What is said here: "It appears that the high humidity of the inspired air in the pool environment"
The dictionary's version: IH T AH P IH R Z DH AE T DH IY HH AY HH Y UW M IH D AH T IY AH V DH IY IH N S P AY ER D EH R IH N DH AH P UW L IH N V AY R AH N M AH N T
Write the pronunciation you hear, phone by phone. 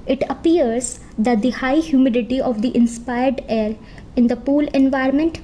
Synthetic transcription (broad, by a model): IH T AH P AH R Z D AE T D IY HH AY HH Y UW M IH D AH T IY AH V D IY IH N S P AY ER D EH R IH N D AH P UW L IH N V AY R M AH N T